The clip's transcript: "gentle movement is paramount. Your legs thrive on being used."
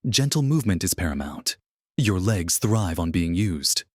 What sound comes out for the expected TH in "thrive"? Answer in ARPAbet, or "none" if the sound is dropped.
TH